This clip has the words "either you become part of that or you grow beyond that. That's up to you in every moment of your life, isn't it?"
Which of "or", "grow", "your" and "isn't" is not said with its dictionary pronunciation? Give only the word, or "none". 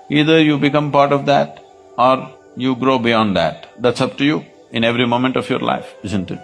none